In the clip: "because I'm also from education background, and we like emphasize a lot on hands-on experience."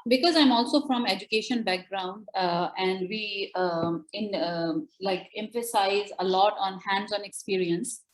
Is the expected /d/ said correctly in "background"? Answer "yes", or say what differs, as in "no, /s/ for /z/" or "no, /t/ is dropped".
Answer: yes